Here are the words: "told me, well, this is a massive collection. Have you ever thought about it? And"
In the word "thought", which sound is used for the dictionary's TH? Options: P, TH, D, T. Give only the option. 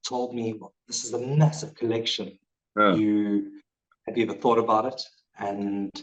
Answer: TH